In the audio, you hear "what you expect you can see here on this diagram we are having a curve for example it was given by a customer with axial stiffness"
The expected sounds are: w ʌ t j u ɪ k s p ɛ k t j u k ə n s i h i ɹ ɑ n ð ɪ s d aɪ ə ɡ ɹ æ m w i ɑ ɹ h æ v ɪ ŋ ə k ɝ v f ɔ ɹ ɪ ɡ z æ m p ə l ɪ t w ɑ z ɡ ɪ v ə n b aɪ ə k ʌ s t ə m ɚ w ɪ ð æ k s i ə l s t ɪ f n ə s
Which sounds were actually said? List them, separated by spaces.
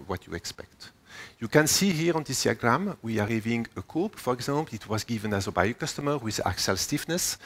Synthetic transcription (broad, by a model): w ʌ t j u ɪ k s p ɛ k t j u k ə n s i h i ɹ ɑ n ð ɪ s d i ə ɡ ɹ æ m w i ɑ ɹ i v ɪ ŋ ə k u p f ɔ ɹ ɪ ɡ z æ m p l ɪ t w ɑ z ɡ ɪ v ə n b aɪ ə k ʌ s t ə m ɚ w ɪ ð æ k s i l s t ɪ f n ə s